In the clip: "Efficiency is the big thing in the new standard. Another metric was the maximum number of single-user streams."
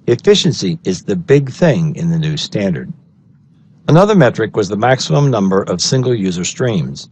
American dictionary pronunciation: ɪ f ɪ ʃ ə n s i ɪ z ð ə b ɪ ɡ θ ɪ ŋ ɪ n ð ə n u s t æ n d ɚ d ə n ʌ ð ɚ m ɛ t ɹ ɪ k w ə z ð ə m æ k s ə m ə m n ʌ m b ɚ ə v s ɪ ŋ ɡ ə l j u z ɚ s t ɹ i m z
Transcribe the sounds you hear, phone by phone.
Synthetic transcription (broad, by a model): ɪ f ɪ ʃ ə n s i ɪ z ð ə b ɪ ɡ θ ɪ ŋ ɪ n ð ə n u s t æ n d ɚ d ə n ʌ ð ɚ m ɛ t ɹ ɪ k w ə z ð ə m æ k s ə m ə m n ʌ m b ɚ ə v s ɪ ŋ ɡ l j u z ɚ s t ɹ i m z